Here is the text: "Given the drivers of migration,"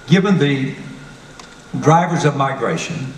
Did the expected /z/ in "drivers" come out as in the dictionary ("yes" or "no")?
yes